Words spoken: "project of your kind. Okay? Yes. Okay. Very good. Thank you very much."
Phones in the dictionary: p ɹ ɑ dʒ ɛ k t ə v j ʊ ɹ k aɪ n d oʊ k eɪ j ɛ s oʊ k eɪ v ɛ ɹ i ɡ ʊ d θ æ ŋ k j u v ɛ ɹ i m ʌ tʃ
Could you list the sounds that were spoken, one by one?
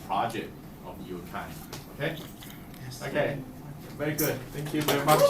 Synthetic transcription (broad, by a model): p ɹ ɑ dʒ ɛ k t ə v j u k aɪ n oʊ k eɪ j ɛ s oʊ k eɪ v ɛ ɹ i ɡ ʊ d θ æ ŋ k j u v ɛ ɹ i m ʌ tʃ